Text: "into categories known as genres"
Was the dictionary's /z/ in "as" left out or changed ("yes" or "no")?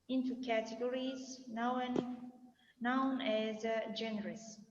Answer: no